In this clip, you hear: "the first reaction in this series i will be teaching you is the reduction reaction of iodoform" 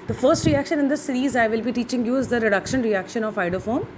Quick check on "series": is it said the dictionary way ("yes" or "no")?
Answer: yes